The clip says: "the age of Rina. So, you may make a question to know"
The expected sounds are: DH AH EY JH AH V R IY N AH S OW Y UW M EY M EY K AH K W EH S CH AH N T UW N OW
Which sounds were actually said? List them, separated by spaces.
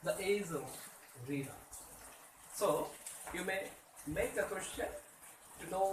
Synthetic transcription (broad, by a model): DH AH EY Z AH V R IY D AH S OW Y UW M EY M EY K AH K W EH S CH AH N T UW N OW